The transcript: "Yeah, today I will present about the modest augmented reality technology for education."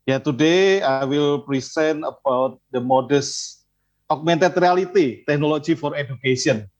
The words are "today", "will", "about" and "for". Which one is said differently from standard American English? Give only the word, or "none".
none